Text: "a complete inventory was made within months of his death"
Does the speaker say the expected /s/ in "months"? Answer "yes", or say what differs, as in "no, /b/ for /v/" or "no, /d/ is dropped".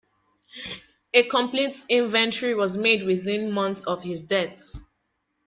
no, /s/ is dropped